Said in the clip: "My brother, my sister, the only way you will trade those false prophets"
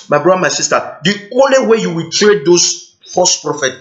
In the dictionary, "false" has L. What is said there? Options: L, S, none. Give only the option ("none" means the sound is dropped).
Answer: none